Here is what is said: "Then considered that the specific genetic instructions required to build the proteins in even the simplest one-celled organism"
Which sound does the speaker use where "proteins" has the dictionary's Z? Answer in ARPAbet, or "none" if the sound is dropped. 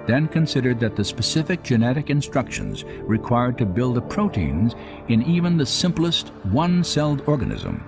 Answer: Z